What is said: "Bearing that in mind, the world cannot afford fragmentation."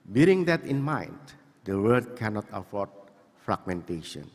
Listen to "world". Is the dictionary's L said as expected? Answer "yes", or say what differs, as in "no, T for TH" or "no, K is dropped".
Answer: no, L is dropped